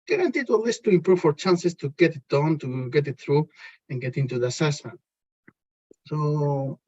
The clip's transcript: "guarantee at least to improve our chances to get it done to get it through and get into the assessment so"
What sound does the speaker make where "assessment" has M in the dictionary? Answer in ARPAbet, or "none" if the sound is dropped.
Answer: none